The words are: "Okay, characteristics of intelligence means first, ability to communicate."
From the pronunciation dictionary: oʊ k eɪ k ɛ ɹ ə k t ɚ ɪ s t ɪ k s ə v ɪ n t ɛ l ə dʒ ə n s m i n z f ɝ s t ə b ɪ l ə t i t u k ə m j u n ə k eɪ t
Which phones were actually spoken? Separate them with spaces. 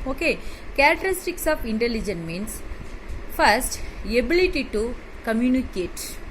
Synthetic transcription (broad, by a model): oʊ k eɪ k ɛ ɹ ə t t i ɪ s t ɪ k s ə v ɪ n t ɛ l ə dʒ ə n m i n s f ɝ s t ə b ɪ l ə t i t u k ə m j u n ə k eɪ t